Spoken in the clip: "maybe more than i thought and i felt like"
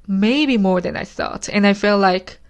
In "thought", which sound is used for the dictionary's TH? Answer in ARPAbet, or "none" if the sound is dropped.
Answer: TH